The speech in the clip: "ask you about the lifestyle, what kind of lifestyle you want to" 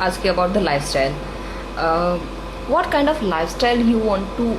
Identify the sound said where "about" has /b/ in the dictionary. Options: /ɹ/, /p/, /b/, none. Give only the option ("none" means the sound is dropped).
/b/